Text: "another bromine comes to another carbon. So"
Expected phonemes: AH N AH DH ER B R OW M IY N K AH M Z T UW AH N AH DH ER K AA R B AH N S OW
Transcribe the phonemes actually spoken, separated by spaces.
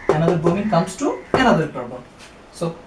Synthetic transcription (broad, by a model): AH N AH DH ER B OW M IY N K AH M S T UW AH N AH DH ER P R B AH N S OW